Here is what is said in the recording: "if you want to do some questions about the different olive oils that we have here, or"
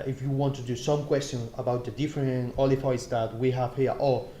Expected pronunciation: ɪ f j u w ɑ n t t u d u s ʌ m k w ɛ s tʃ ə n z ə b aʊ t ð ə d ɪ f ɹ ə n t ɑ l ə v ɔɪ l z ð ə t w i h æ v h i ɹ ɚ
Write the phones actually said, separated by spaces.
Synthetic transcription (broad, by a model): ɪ f j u w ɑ n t t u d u s ʌ m k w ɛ s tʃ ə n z ə b aʊ t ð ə d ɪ f ɹ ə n ɑ l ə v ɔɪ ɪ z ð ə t w i h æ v h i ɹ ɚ